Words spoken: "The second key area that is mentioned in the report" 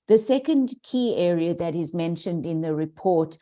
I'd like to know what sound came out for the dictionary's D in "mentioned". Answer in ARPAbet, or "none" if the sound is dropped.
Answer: D